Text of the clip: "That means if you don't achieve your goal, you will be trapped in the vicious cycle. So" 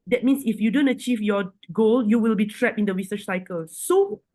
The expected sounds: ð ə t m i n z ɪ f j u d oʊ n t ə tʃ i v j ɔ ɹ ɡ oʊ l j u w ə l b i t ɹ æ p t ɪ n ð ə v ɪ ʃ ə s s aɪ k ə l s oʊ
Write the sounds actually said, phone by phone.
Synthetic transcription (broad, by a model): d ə t m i n s ɪ f j u d oʊ n t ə tʃ i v j ɔ ɡ oʊ l j u w ə l b i t ɹ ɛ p ɪ n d ə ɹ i s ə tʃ s aɪ k ə l s oʊ